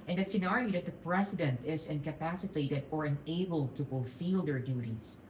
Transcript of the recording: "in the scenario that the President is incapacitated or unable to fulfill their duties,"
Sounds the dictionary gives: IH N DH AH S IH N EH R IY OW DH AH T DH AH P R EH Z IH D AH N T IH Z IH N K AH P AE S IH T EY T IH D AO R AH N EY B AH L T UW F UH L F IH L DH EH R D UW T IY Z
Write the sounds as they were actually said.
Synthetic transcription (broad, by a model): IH N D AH S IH N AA R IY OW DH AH T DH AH P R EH S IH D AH N T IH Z IH N K AH P AE S IH T EY T IH D AO R AH N EY B AH L T UW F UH L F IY L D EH R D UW T IY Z